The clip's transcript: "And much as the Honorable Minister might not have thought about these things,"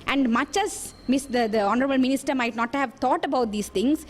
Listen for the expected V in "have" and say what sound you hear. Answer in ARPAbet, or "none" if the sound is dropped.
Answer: V